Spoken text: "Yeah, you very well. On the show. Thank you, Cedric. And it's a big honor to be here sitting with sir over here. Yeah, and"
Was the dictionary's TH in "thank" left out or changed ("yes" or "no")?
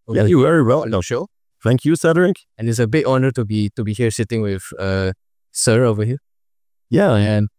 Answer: yes